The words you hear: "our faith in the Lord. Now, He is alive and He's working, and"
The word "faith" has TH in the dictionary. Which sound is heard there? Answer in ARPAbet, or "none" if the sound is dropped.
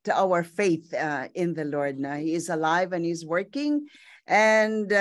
TH